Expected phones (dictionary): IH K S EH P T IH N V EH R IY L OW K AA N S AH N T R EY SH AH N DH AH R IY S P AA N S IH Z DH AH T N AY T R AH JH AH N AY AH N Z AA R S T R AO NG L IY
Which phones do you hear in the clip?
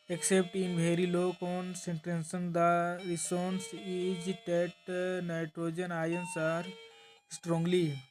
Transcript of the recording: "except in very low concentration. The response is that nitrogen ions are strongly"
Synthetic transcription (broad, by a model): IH K S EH P T IH N B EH R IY L OW K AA N S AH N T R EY S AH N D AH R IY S AA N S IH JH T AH T N AY T R AH JH AH N AY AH N S AA R S T R AO NG L IY